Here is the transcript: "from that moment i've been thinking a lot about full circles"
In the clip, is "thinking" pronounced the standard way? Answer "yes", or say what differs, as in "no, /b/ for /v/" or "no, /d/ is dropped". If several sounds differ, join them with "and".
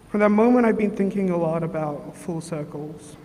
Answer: yes